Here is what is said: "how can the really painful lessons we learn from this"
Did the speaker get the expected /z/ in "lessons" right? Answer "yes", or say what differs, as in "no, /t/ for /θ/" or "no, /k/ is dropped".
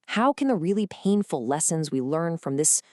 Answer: yes